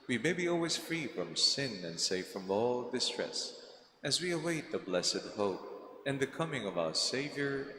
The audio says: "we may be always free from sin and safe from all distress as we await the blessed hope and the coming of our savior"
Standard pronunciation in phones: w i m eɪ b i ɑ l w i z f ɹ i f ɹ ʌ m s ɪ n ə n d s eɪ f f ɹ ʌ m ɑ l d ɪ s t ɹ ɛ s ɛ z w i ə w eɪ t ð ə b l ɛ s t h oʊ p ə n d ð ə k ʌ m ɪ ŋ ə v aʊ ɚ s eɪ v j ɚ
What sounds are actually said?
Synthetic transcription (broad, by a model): w i m eɪ b i ɑ l w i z f ɹ i f ɹ ʌ m s ɪ n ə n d s eɪ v f ɹ ʌ m ɑ l d ɪ s t ɹ ɛ s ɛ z w i ə w eɪ t ð ə b l ɛ s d h oʊ p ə n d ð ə k ʌ m ɪ ŋ ə v aʊ ɚ s eɪ v j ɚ